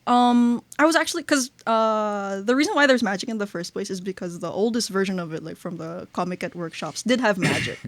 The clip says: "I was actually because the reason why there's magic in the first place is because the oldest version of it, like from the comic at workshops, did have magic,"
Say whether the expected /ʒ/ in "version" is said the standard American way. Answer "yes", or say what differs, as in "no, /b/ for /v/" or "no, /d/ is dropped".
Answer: yes